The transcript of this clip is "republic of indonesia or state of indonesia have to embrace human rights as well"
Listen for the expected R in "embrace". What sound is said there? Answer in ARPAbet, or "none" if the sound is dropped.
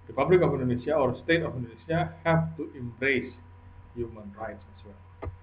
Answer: R